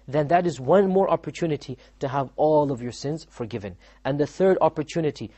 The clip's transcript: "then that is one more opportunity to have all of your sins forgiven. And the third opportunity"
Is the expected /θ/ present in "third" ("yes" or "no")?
yes